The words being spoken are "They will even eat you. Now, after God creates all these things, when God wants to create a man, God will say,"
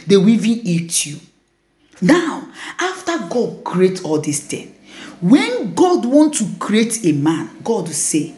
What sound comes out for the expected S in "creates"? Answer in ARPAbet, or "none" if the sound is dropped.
none